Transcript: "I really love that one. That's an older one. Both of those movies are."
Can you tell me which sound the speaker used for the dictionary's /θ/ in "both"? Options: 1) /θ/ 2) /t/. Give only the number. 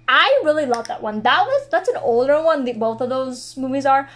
1